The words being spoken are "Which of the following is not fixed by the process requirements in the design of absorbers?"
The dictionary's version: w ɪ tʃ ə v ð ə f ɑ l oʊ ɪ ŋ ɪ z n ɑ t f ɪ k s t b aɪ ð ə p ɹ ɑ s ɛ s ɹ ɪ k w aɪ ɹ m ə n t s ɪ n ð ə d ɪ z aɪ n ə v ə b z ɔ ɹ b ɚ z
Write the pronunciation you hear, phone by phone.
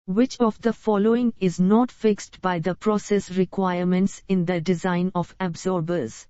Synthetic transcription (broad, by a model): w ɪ tʃ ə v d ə f ɑ l oʊ ɪ ŋ ɪ z n ɑ t f ɪ k s t b aɪ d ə p ɹ ɑ s ɛ s ɹ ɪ k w aɪ ɹ m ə n t s ɪ n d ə d ɪ z aɪ n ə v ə b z ɔ ɹ b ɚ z